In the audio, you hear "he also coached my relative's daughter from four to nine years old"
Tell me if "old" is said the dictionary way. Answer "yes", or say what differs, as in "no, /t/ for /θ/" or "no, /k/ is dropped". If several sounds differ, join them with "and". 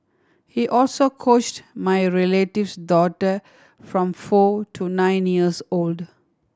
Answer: yes